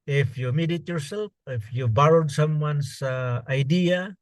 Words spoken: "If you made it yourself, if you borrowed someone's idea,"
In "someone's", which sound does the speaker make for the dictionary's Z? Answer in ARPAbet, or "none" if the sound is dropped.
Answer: S